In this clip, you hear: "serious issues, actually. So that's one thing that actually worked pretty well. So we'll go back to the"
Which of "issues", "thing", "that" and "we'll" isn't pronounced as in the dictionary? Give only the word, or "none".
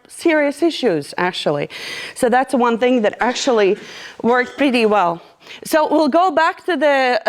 none